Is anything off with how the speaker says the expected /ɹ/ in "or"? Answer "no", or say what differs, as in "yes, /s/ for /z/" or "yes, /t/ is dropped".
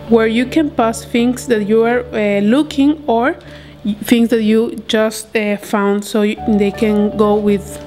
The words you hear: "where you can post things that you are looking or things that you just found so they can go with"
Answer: no